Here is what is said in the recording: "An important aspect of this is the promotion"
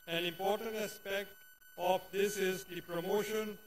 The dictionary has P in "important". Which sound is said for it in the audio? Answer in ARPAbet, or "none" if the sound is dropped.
P